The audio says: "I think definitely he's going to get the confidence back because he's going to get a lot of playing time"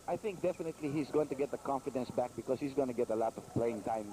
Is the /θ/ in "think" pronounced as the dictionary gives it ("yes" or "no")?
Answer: yes